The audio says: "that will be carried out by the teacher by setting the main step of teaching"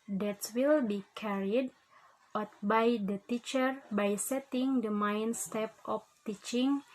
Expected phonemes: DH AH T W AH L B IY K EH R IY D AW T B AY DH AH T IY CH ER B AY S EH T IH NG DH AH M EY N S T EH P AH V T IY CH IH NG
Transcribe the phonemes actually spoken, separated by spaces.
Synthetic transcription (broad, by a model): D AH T W AH L B IY K EH R IY D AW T B AY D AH T IY CH ER B AY S EH T IH NG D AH M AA N S T EH P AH F T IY CH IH NG